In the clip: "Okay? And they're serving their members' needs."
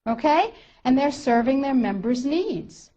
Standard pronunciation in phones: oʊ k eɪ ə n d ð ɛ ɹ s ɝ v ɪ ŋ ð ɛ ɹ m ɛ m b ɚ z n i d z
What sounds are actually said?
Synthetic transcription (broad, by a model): oʊ k eɪ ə n ð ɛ ɹ s ɝ v ɪ ŋ ð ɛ ɹ m ɛ m b ɚ z n i d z